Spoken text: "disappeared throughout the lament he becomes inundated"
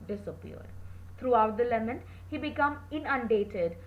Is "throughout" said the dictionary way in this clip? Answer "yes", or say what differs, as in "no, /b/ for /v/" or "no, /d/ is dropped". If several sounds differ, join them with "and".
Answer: no, /t/ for /θ/